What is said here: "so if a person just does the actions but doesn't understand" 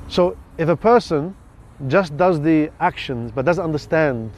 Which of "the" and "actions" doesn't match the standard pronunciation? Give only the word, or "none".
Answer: none